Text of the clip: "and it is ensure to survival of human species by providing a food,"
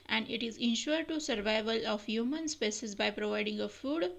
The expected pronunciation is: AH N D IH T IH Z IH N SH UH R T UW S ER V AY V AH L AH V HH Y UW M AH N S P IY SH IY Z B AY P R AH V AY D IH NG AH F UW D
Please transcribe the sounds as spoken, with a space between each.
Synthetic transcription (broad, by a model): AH N D IH T IH Z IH N SH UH R T UW S ER V AY V AH L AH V HH Y UW M AH N S P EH S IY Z B AY P R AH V AY D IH NG AH F UW D